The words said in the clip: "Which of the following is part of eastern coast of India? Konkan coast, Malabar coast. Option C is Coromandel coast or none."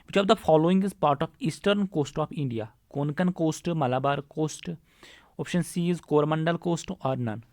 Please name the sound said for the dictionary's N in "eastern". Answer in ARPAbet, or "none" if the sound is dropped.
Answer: N